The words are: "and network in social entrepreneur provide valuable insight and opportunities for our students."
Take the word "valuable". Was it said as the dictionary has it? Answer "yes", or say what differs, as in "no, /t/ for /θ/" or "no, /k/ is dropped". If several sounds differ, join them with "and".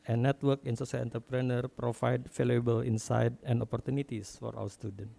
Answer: no, /f/ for /v/